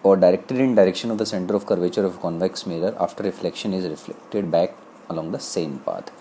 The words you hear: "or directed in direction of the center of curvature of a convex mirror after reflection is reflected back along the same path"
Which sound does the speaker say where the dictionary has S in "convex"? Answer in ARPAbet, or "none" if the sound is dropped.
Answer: S